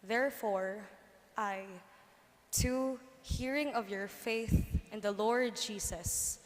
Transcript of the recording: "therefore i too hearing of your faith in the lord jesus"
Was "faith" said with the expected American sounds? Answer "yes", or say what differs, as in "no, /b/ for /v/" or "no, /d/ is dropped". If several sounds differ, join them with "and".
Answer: yes